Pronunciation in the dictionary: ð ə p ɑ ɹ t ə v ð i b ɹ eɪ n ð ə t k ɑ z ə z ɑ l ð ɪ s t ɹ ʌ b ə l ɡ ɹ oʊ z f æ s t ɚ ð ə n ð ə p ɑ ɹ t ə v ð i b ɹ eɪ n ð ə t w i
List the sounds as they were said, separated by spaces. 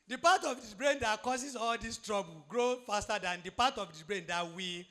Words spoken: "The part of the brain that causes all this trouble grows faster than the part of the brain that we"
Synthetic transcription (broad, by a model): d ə p ɑ t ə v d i b ɹ eɪ n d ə t k ɑ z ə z ɑ l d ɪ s t ɹ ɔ b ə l ɡ ɹ oʊ f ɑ s t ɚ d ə n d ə p ɑ t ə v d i b ɹ eɪ n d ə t w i